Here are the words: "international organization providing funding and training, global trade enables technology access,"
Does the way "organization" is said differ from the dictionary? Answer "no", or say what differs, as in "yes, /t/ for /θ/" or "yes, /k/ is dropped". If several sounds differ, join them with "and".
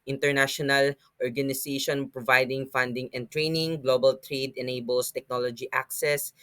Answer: yes, /s/ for /z/